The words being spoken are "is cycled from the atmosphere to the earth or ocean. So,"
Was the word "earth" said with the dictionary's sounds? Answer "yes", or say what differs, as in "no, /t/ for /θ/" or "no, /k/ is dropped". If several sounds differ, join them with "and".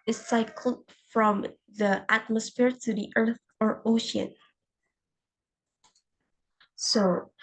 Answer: yes